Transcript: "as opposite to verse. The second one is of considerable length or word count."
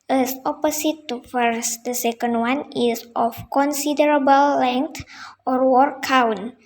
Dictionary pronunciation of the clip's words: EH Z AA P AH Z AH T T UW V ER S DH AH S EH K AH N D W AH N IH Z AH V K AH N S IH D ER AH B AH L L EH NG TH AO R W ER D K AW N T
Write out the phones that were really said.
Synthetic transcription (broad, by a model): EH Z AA P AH S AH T T UW F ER S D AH S EH K AH N D W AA N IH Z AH F K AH N S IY D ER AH B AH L L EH NG T AO R W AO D K AW N